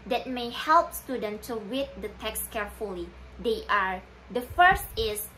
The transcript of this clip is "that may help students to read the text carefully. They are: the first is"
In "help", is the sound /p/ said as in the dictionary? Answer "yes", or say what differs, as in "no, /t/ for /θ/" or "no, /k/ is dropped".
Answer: yes